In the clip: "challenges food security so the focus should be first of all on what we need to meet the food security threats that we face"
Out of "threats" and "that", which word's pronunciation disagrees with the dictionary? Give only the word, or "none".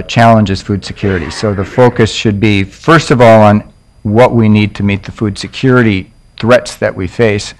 none